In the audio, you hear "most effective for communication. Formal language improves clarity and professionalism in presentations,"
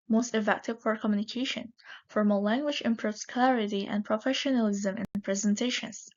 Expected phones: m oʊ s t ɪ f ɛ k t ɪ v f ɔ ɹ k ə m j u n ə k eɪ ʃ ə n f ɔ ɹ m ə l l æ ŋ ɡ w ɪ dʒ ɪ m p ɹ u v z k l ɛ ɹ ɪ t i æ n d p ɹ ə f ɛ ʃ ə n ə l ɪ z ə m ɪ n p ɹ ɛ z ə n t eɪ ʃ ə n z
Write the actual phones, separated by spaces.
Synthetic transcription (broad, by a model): m oʊ s t ɪ f ɛ k t ɪ v f ɔ ɹ k ə m j u n ə k eɪ ʃ ə n f ɔ ɹ m ə l l æ ŋ ɡ w ɪ dʒ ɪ m p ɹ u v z k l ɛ ɹ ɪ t i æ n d p ɹ ə f ɛ ʃ ə n ə l ɪ z ə m ɪ n p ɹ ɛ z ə n t eɪ ʃ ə n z